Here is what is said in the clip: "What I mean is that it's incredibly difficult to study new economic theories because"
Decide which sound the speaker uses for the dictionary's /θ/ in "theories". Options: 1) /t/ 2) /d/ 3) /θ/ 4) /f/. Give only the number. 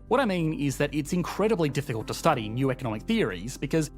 3